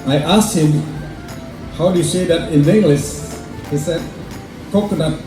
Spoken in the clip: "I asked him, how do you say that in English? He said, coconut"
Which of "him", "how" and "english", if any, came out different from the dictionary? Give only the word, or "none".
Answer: english